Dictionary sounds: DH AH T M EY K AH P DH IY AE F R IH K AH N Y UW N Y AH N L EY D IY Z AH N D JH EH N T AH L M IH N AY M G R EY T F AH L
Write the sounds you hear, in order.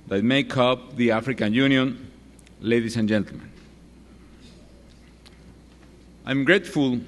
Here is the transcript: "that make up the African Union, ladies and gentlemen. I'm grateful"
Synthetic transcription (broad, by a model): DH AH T M EY K AH P DH IY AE F R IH K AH N Y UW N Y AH N L EY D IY S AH N JH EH N T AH L M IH N AY M G R EY T F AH L